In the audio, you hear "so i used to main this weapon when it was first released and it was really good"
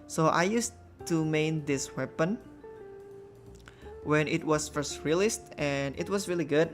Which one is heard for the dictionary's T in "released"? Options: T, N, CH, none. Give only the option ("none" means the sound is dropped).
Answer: T